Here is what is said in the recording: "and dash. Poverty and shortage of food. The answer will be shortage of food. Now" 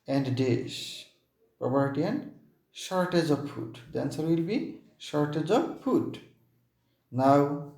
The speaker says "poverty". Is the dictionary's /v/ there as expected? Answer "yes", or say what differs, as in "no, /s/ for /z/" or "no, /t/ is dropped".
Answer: no, /p/ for /v/